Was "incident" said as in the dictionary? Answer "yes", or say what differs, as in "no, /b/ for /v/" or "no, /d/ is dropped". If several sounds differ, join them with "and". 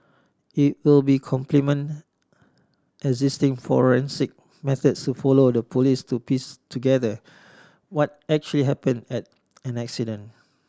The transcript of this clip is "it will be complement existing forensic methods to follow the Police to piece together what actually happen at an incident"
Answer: no, /t/ is dropped